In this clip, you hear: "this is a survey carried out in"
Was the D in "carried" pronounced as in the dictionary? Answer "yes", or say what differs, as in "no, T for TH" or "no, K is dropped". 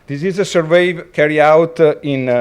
no, D is dropped